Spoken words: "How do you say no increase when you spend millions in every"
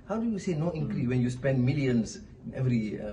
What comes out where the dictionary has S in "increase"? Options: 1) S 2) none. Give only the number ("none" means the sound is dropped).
2